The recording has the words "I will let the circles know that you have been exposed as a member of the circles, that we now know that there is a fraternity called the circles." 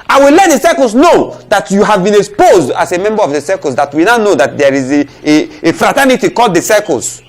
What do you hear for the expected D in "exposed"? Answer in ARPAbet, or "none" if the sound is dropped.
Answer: D